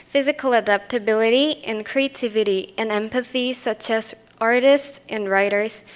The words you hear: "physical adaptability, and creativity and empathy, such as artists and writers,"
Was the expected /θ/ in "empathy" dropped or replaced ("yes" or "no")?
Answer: no